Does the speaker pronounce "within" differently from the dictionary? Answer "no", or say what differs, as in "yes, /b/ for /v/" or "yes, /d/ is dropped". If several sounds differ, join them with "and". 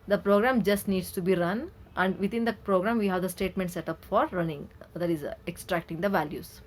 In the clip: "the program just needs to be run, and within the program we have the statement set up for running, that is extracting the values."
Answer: yes, /t/ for /θ/